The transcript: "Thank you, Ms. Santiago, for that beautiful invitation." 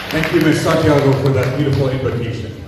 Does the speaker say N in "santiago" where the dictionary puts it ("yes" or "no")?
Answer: no